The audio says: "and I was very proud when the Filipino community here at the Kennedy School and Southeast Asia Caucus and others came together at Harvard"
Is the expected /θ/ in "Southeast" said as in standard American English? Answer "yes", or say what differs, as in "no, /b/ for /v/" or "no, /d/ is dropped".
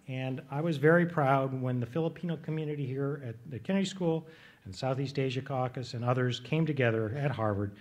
yes